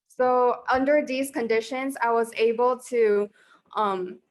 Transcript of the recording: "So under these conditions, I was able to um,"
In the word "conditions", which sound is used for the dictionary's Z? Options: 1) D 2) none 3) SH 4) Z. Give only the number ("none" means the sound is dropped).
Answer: 4